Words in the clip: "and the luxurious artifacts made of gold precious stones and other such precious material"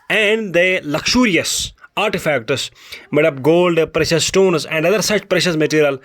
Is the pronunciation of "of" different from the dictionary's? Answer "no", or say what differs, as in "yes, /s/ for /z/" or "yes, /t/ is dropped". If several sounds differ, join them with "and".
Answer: yes, /p/ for /v/